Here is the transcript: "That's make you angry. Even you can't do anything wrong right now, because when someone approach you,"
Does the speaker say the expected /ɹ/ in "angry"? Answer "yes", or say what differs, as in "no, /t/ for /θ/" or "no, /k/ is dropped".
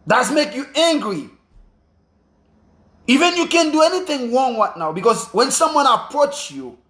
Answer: yes